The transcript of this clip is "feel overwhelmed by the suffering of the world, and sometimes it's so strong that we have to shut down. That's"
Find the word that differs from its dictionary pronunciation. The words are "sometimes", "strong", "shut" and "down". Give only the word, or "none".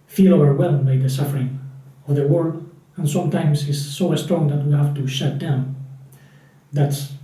sometimes